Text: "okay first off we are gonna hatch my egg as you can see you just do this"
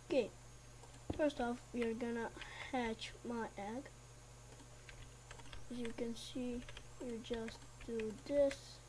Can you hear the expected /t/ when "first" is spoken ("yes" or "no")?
yes